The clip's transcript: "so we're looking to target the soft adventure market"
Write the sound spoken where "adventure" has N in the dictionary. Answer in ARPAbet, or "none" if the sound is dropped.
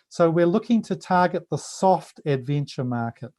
N